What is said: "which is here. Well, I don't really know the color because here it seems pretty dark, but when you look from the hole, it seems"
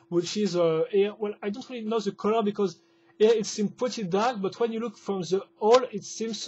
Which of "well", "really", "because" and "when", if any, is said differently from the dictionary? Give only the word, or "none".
none